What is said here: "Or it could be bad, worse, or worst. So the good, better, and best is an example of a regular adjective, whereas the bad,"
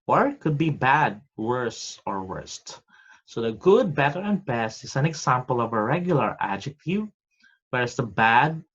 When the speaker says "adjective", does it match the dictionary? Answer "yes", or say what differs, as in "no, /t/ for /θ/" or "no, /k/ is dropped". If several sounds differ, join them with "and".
yes